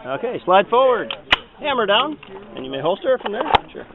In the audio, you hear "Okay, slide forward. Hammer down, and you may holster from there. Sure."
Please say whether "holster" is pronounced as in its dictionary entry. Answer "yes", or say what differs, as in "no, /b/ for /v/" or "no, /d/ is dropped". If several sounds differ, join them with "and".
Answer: yes